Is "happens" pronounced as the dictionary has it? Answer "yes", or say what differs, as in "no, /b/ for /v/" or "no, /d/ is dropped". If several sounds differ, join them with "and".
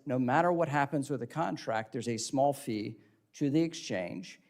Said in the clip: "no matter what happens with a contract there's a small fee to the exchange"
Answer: yes